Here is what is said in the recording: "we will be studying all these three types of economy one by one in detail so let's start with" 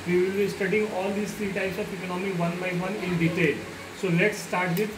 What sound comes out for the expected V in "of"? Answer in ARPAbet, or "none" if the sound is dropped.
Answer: P